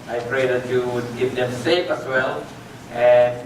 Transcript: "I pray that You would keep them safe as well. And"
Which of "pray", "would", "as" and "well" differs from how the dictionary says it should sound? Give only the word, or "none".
as